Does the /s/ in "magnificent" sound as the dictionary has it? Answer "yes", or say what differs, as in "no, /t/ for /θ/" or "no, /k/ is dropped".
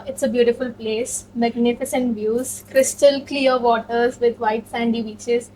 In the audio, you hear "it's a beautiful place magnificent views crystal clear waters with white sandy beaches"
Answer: yes